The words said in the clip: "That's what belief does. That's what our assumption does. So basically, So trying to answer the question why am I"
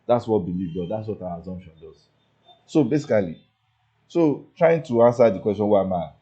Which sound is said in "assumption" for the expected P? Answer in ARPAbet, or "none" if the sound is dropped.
none